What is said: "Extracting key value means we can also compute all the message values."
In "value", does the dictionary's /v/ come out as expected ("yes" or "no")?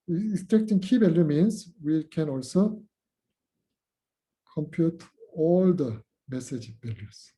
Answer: no